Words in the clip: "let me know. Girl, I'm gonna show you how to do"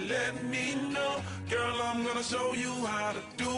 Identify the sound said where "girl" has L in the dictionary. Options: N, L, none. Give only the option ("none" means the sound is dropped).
L